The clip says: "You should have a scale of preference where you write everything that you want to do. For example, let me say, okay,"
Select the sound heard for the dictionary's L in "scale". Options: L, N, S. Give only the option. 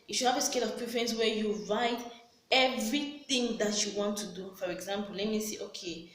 L